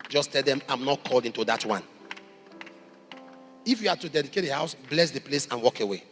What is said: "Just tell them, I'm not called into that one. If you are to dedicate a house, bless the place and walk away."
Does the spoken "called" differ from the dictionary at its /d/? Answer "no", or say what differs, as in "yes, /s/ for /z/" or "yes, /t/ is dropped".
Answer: no